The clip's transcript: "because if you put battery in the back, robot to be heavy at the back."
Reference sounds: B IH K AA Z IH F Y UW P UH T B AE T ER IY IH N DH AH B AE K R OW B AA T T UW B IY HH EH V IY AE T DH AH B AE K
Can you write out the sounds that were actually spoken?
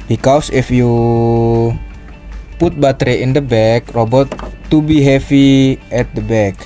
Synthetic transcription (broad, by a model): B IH K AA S IH F Y UW P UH T B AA T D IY IH N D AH B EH K R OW B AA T T UW B IY HH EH F IY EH T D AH B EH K